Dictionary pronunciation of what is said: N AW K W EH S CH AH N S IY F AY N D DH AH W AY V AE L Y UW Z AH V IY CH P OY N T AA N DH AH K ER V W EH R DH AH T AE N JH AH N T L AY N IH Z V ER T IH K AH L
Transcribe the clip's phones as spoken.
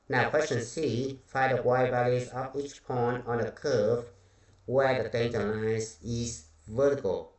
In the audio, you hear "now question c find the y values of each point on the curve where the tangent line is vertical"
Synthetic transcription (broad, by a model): N AW K W EH S CH AH N S IY F AY D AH W AY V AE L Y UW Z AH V IY CH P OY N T AA N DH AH K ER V W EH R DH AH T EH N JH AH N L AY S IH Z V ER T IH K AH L